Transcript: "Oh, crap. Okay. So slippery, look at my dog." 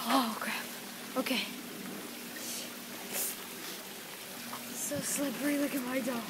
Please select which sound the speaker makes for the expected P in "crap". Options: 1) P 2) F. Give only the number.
2